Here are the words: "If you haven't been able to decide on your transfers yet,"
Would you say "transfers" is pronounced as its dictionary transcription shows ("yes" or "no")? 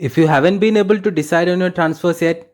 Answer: no